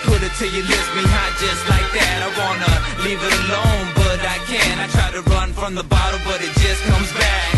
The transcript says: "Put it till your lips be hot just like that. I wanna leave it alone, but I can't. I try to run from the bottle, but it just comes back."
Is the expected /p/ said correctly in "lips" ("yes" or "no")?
no